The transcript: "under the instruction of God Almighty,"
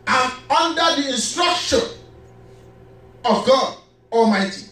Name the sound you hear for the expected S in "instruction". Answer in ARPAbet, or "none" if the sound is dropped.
S